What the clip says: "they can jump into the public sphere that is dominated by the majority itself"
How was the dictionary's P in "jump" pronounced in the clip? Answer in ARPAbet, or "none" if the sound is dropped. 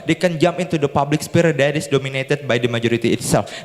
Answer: none